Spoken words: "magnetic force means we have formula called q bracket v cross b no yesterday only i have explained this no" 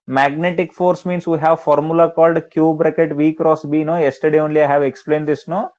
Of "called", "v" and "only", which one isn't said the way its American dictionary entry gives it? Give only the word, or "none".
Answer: none